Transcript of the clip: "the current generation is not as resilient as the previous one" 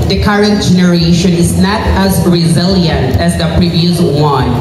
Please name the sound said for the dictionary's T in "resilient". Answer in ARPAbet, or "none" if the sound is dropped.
T